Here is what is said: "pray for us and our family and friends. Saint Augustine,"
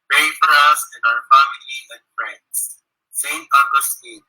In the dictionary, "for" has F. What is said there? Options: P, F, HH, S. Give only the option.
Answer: F